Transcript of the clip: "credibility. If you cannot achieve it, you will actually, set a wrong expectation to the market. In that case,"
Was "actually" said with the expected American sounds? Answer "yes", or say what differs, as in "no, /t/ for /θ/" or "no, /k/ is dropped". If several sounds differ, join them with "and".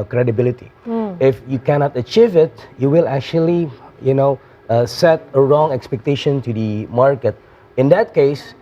no, /n/ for /l/